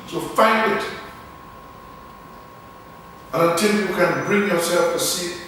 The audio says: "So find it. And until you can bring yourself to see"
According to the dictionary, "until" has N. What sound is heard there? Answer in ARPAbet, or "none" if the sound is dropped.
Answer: none